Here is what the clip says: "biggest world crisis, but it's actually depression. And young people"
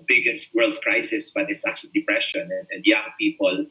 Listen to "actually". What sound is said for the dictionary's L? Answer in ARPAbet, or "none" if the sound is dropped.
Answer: none